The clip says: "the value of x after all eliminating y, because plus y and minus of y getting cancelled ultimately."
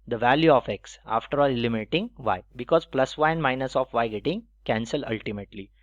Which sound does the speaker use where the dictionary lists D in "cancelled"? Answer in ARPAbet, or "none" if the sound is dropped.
none